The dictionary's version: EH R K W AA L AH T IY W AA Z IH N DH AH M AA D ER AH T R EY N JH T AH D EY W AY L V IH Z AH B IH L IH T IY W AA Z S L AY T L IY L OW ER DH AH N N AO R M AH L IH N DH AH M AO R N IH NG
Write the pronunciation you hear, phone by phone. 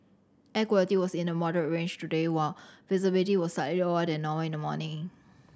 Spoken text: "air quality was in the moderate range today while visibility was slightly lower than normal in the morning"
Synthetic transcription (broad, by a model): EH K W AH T IY W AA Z IH N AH M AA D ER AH R EY N JH T AH D EY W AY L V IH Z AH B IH L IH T IY W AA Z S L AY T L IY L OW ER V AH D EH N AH W IH N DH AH M AO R N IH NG